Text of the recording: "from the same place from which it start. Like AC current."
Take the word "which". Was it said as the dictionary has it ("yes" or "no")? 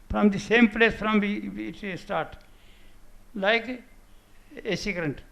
no